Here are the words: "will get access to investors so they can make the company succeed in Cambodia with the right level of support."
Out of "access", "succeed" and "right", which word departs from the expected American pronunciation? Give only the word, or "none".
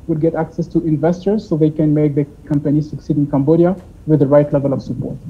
none